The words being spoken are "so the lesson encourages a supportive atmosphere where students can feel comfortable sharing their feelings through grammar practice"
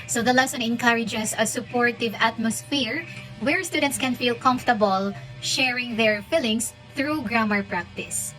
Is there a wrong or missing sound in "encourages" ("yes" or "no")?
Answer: yes